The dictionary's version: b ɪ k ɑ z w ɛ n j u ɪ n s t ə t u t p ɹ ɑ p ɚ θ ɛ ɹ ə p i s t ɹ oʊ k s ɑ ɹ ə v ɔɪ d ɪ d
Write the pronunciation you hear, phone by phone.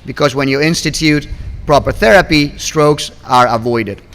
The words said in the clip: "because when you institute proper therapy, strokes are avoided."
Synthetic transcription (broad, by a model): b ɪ k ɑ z w ɛ n j u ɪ n s t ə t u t p ɹ ɑ p ɚ θ ɛ ɹ ə p i s t ɹ oʊ k s ɑ ɹ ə v ɔɪ d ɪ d